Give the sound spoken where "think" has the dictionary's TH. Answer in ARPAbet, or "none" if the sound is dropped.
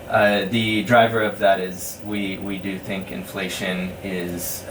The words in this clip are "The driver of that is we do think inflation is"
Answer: TH